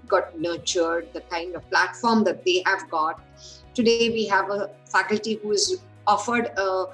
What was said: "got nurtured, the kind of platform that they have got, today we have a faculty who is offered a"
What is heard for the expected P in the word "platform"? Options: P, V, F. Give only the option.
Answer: P